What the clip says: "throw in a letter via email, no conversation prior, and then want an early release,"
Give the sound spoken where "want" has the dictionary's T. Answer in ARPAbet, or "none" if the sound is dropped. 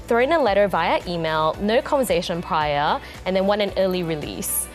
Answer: none